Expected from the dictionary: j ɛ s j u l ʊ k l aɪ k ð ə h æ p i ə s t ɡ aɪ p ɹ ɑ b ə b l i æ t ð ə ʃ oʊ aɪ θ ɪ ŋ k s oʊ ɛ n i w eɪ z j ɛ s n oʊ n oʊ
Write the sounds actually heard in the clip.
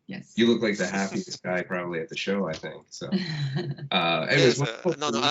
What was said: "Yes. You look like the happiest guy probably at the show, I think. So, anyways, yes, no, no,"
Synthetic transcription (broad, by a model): j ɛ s j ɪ l ʊ k l aɪ k ð ə h æ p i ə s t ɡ aɪ p ɹ ɑ b ə b l i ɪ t ð ə ʃ oʊ aɪ θ ɪ ŋ k s oʊ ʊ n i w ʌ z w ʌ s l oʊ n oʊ